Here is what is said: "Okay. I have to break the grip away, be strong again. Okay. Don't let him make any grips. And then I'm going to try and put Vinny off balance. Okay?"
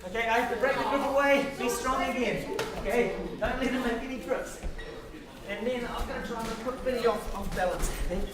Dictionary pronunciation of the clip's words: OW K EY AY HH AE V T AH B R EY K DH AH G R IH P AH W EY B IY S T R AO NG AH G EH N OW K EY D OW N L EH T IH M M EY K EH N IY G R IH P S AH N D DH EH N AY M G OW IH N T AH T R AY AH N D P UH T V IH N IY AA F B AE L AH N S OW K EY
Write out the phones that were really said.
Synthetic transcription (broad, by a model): OW K EY AY HH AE F T AH B R EY K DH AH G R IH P AH W EY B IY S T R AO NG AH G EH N OW K EY D OW N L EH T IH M M EY K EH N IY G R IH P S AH N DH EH N AY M G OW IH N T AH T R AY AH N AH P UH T B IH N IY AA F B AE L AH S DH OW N